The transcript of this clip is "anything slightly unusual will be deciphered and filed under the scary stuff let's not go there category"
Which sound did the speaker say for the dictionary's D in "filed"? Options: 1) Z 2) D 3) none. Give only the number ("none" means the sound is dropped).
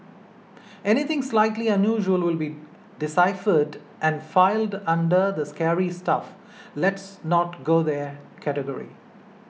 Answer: 2